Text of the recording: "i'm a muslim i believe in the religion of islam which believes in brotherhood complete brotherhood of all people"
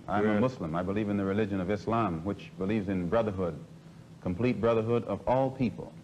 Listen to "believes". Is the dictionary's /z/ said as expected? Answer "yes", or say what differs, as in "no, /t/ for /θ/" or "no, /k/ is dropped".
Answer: yes